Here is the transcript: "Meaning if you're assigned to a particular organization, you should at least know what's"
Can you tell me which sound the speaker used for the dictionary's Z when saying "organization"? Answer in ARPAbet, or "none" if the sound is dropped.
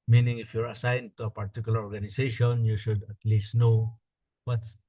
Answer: S